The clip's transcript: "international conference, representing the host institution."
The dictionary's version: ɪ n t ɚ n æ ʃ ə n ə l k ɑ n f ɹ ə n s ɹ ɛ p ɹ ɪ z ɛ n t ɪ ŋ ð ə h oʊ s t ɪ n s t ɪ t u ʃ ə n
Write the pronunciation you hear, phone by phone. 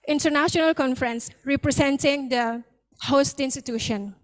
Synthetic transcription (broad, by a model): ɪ n t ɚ n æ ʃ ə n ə l k ɑ n f ɹ ə n s ɹ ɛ p ɹ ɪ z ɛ n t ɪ ŋ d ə h oʊ s t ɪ n s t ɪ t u ʃ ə n